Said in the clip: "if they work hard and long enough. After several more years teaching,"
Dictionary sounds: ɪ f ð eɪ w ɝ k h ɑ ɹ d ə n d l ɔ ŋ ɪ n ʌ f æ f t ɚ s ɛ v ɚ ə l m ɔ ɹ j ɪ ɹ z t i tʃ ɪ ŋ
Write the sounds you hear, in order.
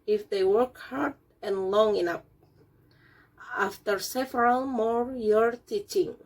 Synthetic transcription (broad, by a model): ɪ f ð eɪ w ɝ k h ɑ ɹ d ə n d l ɔ ŋ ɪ n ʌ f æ f t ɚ s ɛ v ɚ ə l m ɔ ɹ j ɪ ɹ t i tʃ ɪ ŋ